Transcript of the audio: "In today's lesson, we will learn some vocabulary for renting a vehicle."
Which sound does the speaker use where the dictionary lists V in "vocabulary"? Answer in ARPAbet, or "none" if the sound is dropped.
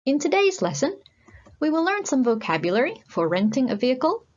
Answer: V